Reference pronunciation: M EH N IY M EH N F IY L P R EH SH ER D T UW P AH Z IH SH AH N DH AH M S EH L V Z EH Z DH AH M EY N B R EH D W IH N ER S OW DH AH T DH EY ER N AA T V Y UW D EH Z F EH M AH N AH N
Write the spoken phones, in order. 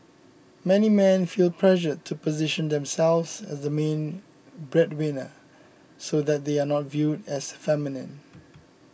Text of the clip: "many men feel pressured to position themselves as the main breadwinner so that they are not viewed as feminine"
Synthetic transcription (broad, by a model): M EH N IY M EH N F IY L P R EH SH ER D T UW P AH Z IH SH AH N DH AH M S EH L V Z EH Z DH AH M EY N B R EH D W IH N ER S OW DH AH T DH EY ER N AA T V Y UW D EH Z F EH M AH N AH N